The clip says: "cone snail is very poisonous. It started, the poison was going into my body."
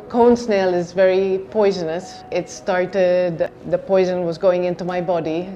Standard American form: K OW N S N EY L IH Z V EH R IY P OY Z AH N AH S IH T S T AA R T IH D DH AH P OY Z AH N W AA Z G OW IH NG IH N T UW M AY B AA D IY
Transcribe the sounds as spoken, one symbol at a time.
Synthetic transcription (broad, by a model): K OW N S N EY L IH Z V EH R IY P OY Z AH N AH S IH T S T AA R T IH D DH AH P OY Z AH N W AA Z G OW IH NG IH N T UW M AY B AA D IY